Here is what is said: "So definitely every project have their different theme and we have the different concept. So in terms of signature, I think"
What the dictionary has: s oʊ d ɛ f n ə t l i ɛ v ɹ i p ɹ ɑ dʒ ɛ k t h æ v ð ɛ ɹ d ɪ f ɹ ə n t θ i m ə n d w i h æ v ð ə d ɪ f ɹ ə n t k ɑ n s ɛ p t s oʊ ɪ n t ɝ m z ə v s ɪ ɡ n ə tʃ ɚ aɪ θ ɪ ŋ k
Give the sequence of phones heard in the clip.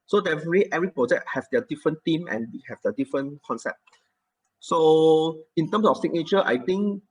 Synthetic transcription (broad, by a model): s oʊ d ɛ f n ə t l i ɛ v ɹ i p ɹ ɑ dʒ ɛ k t h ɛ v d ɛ d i f ɹ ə n t i m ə n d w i h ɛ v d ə d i f ɹ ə n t k ɑ n s ɛ p t s oʊ ɪ n t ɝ m s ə f s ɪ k n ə tʃ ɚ aɪ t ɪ ŋ k